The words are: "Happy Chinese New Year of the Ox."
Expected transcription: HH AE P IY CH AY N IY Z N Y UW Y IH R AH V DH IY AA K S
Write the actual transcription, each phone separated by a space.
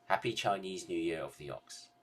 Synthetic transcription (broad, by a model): HH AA P IY CH AY N IY Z N Y UW Y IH R AH V DH IY AA K S